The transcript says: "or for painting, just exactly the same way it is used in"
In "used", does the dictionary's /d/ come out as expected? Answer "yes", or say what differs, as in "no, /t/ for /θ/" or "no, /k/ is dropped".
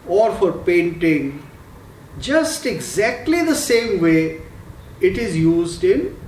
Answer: yes